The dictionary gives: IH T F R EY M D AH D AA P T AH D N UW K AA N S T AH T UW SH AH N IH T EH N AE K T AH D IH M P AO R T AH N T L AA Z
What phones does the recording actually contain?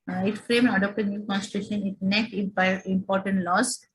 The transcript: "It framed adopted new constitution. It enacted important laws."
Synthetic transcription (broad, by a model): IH T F R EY M AH D AA P T AH D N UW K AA N S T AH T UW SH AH N IH T N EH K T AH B IH M P AO R T AH N T L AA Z